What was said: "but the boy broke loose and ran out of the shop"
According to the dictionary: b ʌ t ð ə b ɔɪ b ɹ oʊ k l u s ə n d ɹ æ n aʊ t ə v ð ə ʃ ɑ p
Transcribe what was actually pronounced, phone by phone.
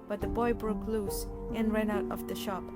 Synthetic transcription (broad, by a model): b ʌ t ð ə b ɔɪ b ɹ oʊ k l u s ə n ɹ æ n aʊ t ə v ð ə ʃ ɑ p